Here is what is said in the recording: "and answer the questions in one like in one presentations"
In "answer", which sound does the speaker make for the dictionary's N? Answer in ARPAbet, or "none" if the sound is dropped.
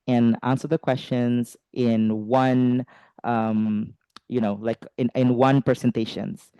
N